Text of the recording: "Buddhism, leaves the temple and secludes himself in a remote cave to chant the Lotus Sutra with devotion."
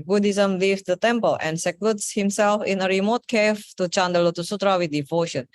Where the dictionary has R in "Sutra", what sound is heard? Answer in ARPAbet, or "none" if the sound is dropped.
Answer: R